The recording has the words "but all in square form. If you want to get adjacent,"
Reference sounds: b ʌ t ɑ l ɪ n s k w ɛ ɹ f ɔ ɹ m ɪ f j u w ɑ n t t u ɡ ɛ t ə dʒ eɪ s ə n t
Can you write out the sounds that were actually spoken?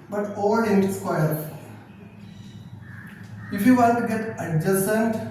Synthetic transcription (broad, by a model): b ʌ t ɑ l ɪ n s k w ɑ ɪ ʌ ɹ ɪ f j u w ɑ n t t u ɡ ɛ t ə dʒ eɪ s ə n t